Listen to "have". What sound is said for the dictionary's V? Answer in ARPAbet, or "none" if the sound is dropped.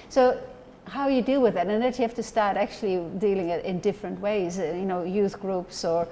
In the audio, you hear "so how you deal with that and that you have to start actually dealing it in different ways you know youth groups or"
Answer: F